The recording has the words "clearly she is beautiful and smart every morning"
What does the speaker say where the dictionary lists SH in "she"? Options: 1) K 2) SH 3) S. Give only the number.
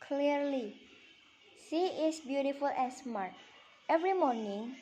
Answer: 3